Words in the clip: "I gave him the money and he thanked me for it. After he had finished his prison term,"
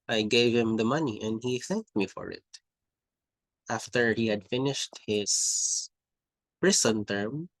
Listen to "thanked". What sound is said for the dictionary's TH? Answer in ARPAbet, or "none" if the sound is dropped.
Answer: TH